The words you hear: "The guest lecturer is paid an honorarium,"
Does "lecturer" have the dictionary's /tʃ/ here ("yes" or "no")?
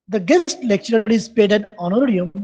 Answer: yes